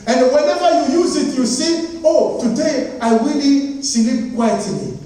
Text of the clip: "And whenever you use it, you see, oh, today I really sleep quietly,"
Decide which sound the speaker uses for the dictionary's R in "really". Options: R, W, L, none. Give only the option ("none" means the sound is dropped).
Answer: W